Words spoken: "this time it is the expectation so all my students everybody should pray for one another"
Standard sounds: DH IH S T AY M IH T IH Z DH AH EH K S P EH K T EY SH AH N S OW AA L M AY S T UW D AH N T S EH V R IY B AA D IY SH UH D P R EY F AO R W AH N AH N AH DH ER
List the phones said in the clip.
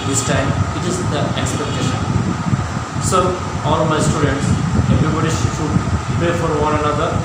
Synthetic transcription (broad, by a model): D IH S T AY M IH T IH Z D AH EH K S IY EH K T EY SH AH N S OW AA L M AY S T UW D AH N T S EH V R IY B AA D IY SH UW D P EY F AO R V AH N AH N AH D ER